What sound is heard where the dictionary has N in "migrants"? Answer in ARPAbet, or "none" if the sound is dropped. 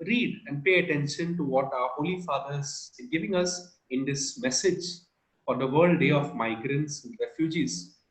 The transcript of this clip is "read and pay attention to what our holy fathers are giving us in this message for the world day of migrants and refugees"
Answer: N